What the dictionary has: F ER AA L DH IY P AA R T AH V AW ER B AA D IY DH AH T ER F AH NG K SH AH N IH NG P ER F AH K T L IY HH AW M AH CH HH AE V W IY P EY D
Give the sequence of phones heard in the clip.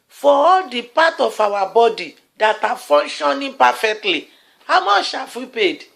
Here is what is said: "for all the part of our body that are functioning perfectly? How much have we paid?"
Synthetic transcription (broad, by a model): F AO AA L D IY P AA T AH F AW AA B AA D IY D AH T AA F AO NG K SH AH N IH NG P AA F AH K T L IY HH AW M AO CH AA F W IY P EY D